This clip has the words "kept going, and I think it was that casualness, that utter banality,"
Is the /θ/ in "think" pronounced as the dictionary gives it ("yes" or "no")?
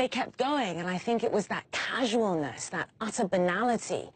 yes